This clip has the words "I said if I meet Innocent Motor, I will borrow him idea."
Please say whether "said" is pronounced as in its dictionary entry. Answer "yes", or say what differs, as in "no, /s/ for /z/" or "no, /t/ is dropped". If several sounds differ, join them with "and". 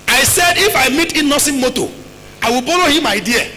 yes